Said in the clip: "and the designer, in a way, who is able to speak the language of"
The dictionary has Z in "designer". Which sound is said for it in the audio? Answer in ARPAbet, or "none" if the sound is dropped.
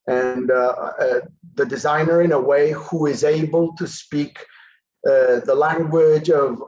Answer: Z